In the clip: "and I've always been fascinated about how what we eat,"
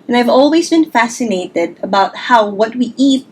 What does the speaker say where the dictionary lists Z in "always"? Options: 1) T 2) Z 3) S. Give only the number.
2